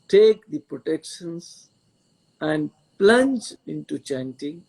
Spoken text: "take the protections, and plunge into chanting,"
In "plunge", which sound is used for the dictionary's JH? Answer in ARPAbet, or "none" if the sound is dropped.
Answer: JH